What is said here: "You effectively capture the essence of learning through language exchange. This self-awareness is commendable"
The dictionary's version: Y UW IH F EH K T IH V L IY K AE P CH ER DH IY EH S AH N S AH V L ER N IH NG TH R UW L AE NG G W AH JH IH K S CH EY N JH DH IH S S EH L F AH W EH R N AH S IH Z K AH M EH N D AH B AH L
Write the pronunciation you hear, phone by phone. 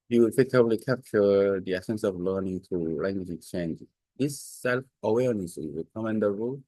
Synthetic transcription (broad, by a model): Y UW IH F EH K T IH B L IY K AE P CH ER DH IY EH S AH N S AH V L ER N IH NG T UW L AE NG G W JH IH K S CH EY N JH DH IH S S EH L F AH W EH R N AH S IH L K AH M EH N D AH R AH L